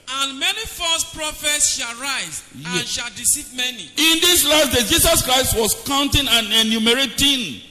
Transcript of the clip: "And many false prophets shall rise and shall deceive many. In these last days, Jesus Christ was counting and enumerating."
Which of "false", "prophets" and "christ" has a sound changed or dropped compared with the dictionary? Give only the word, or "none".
false